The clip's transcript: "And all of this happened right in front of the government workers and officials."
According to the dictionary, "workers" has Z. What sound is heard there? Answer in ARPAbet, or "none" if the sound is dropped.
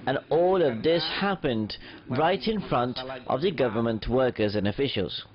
Z